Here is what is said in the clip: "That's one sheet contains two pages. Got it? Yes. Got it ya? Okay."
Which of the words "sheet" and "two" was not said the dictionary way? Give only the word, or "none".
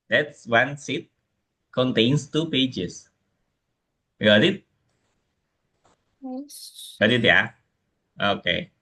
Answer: sheet